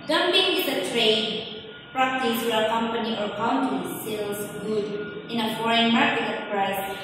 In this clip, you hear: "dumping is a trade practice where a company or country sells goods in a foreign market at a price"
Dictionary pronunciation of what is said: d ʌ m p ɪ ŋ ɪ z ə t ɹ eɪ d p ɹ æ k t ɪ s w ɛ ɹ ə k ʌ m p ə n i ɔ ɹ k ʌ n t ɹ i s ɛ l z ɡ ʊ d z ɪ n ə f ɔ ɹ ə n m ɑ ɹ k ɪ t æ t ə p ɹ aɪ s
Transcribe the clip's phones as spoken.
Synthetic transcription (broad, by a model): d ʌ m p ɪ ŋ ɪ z ə t ɹ eɪ d p ɹ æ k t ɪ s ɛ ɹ ə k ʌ m p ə n i ɔ ɹ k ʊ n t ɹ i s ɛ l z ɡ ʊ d ɪ n ə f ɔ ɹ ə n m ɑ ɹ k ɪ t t ə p ɹ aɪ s